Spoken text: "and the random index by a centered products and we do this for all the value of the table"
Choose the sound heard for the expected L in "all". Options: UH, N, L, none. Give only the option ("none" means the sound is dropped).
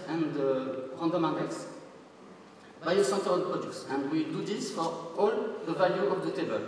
L